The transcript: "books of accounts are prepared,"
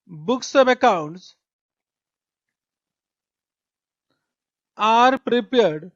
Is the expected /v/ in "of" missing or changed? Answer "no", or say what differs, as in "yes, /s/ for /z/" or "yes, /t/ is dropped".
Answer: yes, /p/ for /v/